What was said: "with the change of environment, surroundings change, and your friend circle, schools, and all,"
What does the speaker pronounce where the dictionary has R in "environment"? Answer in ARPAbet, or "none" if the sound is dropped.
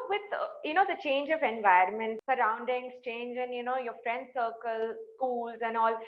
none